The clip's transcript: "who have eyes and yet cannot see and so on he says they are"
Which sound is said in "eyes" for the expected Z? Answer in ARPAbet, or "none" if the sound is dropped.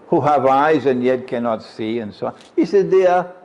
Z